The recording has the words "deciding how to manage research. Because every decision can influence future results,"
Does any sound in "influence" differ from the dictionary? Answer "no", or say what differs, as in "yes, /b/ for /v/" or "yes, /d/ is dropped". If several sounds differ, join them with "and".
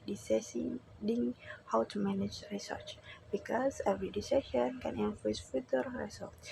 yes, /l/ is dropped and /n/ is dropped